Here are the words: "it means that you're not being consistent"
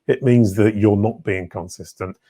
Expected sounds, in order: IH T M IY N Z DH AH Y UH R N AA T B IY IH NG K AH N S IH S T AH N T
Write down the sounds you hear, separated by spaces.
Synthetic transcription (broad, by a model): IH T M IY N Z DH AH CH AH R N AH T B IY IH NG K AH N S IH S T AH N T